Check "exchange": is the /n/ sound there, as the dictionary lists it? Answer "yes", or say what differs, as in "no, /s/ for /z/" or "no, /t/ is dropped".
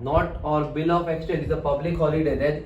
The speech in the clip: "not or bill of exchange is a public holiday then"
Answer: no, /n/ is dropped